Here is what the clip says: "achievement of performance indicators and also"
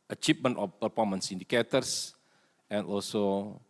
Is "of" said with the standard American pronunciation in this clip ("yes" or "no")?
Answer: no